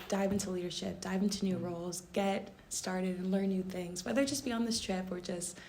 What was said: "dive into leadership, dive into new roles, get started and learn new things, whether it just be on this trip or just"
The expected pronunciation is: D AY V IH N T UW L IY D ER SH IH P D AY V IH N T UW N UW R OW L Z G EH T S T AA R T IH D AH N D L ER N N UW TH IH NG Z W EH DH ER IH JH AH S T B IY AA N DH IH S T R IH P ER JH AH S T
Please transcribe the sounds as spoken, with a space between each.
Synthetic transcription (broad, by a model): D AY V IH N T UW L IY D ER SH IH P D AY V IH N T UW N UW R OW L Z G EH T S T AA R T IH D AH N L ER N N UW TH IH NG Z W EH DH ER JH AH S B IY AA N DH IH S T R IH P ER JH AH S T